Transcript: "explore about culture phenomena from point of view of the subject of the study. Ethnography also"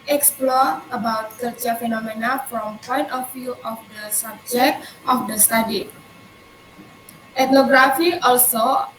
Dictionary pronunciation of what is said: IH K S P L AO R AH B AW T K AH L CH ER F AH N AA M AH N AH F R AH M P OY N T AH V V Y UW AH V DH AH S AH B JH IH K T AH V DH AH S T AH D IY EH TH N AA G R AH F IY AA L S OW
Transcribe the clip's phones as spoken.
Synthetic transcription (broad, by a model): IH K S P L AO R AH B AW T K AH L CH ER F AH N AA M AH N AH F R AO M P OY N T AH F Y UW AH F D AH S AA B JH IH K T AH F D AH S T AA D IY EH T N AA G R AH F IY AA L S OW